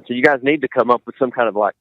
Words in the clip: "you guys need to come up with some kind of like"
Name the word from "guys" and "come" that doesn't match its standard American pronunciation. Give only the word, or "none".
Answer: none